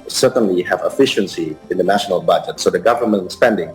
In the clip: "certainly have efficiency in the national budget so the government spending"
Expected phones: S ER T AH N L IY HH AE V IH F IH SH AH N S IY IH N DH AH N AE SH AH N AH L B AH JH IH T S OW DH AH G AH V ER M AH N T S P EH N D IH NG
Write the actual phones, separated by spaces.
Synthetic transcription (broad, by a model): S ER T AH N L IY HH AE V IH F IH SH AH N S IY IH N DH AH N AE SH AH N AH L B AH JH IH T S OW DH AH G AH V ER M AH N T S P EH N D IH NG